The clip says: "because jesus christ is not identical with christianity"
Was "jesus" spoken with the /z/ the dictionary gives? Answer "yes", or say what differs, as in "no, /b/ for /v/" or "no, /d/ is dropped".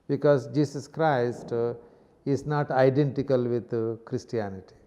no, /s/ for /z/